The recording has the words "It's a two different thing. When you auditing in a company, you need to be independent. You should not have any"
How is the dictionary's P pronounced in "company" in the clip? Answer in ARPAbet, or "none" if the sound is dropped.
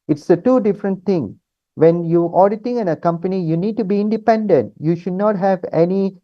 P